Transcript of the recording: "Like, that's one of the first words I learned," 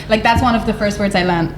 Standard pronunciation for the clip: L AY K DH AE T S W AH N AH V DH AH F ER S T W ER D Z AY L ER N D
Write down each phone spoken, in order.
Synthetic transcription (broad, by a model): L AY K DH AE T S W AH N AH V DH AH F ER S T W ER D Z AY L ER N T